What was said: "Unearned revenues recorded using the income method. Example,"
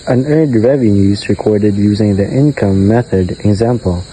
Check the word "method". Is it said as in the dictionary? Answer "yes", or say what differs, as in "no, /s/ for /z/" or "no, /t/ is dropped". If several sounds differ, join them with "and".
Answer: yes